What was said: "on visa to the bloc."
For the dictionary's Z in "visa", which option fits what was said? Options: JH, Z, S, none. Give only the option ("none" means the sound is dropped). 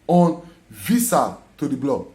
S